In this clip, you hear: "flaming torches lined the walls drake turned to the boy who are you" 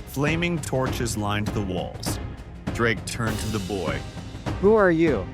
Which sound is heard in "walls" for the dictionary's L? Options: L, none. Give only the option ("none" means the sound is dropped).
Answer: L